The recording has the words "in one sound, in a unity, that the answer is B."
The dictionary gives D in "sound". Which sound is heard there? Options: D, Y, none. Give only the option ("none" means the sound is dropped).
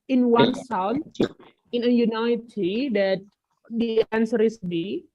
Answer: none